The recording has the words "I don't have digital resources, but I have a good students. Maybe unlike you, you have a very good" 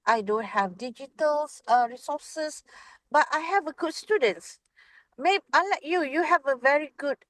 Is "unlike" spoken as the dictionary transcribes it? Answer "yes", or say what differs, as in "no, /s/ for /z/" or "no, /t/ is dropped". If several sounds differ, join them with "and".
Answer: no, /n/ is dropped